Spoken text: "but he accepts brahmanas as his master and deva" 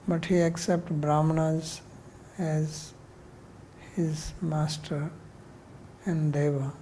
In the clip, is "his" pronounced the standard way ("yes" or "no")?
yes